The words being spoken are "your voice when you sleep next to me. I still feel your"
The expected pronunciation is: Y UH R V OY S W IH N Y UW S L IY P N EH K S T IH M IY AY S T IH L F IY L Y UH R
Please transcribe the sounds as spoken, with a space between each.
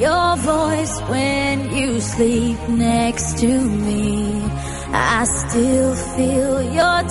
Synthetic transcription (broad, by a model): Y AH R V OY S W IH N Y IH S L IY P N EH K S T IH M IY AY S T IH L F IY L Y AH R